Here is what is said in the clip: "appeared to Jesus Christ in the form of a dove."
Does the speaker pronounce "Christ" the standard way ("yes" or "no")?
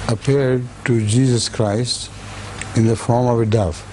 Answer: yes